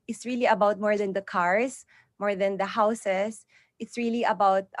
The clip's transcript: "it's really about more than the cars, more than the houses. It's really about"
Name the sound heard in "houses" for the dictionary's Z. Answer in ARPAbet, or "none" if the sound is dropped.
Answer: S